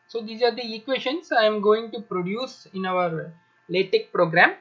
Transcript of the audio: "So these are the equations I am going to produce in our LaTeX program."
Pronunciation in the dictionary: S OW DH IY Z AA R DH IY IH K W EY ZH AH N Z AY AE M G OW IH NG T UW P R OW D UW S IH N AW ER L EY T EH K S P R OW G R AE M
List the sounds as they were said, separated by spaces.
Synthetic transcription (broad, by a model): S OW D IY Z AA R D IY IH K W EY SH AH N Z AY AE M G OW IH NG T UW P R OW D UW S IH N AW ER L EY T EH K P R OW G R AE M